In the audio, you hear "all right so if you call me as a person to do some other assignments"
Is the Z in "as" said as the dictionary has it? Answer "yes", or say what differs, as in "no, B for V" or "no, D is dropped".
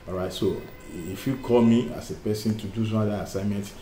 no, S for Z